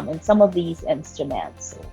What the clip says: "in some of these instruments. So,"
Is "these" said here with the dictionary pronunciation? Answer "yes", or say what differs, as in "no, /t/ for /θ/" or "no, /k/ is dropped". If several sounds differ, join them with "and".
yes